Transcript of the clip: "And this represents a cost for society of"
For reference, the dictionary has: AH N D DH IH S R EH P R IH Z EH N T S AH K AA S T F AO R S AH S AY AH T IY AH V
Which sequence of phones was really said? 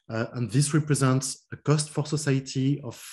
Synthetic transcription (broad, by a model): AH N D DH IH S R EH P R IH Z EH N T S AH K AA S T F AO R S AH S AY AH T IY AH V